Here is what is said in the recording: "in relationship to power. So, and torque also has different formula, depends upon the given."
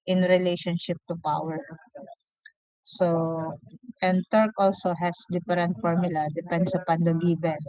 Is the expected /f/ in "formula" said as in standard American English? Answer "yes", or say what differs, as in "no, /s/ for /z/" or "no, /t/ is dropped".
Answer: yes